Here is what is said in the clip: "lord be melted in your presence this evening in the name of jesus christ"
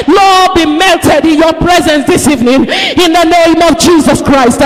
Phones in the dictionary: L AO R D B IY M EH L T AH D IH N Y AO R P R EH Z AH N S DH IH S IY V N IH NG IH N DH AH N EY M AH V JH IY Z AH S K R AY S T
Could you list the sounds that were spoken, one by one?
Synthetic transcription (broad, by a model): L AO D B IY M EH L T AH D IH N Y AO P R EH Z AH N S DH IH S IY V N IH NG IH N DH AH N EY M AH V JH IY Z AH S K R AY S T